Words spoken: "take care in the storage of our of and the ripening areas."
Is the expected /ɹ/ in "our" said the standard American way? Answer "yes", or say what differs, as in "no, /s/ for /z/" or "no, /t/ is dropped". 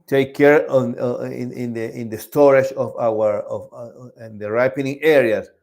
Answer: no, /w/ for /ɹ/